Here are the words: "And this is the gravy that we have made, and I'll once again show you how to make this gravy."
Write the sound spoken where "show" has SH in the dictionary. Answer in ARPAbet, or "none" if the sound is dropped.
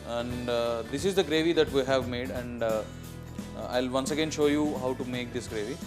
SH